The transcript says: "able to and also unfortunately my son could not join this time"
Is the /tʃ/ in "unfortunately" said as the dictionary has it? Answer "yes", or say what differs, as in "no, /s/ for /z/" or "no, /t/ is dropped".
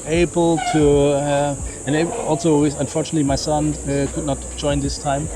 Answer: yes